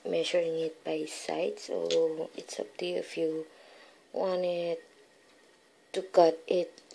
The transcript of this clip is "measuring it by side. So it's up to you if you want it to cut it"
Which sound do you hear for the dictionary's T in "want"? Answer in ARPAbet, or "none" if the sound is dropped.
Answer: none